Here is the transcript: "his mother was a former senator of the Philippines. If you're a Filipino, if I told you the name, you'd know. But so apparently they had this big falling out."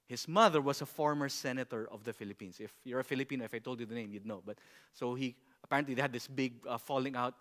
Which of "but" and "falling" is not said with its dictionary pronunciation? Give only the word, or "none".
none